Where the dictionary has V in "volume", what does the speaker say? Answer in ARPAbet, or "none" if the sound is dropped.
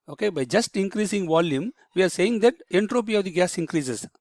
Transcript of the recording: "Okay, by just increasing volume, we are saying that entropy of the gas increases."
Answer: V